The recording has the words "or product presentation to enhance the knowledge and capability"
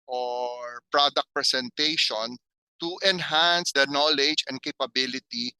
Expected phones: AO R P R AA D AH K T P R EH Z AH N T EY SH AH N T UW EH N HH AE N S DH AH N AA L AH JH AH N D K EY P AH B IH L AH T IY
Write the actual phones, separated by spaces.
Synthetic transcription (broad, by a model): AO R P R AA D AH K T P R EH S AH N T EY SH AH N T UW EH N HH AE N S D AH N AA L AH JH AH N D K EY P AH B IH L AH T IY